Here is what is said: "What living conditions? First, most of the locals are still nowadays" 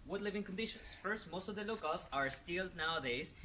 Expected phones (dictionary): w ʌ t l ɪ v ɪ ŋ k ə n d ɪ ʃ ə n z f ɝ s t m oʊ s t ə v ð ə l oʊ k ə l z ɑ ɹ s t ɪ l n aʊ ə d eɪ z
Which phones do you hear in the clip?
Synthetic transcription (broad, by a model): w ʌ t l ɪ v ɪ ŋ k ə n d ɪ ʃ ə n s f ɝ s t m oʊ s t ə v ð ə l oʊ k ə l s ɑ ɹ s t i l n aʊ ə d eɪ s